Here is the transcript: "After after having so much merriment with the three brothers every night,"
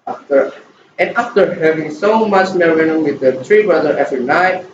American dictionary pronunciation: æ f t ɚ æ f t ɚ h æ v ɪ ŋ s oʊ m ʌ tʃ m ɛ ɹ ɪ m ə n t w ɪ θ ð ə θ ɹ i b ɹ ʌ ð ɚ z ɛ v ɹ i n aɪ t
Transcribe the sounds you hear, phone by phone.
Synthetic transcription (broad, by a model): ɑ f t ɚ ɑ f t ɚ h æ v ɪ ŋ s oʊ m ʌ tʃ m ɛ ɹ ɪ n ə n w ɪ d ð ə t ɹ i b ɹ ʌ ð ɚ ɛ v ɹ i n aɪ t